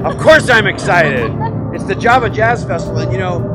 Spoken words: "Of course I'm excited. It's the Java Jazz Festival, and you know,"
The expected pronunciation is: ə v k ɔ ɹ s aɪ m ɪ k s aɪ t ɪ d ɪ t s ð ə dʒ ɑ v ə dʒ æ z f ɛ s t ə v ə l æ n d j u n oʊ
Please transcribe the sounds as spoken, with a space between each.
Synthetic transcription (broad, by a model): ə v k ɔ ɹ s aɪ m ɪ k s aɪ t ɪ d ɪ t s ð ə dʒ ɑ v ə dʒ æ z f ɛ s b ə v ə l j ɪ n oʊ